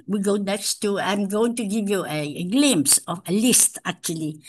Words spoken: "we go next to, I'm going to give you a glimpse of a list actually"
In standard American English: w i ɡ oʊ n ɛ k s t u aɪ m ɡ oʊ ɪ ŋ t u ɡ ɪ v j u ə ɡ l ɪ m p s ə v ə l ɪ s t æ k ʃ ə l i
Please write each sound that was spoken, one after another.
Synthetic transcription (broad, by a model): w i ɡ oʊ n ɛ k s t u aɪ m ɡ oʊ ɪ ŋ t u ɡ ɪ v j u ə ɡ l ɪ m s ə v ə l ɪ s t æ k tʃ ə l i